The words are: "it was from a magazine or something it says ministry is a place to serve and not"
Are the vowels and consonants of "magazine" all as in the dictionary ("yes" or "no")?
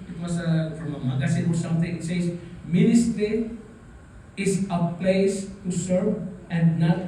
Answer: no